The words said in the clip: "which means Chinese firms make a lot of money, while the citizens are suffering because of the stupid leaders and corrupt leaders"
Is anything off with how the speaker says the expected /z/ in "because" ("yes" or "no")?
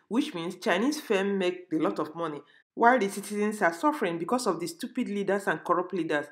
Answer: yes